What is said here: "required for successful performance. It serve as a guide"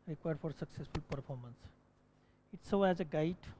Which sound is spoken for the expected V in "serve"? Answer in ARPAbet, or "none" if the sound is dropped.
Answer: none